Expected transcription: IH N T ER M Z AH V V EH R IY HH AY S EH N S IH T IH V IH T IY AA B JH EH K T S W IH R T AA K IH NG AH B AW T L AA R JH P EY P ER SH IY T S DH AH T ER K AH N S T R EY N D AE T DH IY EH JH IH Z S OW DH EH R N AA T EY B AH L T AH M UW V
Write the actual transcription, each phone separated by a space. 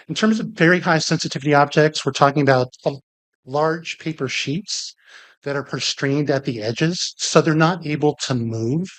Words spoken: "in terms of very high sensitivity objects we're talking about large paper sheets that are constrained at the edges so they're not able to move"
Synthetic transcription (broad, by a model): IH N T ER M Z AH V V EH R IY HH AY S EH N S IH T IH V IH T IY AA B JH EH K T S W IH R T AA K IH NG AH B AW T L AA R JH P EY P ER SH IY T S DH AH T ER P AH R S T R EY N D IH T DH IY EH JH IH Z S OW DH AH R N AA T EY B L T AH M UW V